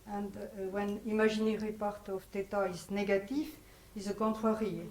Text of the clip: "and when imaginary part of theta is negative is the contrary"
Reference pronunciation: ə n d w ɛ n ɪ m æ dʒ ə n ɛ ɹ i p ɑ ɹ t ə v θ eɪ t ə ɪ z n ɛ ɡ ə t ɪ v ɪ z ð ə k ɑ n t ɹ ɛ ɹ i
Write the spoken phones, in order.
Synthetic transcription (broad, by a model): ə n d w ɛ n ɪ m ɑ ʒ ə n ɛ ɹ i p ɑ ɹ t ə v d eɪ t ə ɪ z n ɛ ɡ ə t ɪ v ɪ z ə k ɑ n t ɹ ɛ ɹ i